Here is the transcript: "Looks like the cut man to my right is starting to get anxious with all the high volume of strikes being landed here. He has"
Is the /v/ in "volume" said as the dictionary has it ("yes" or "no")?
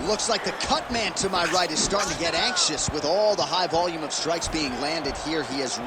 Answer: yes